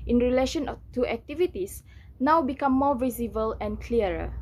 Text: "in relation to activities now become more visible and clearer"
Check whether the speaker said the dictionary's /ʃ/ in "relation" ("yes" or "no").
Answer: yes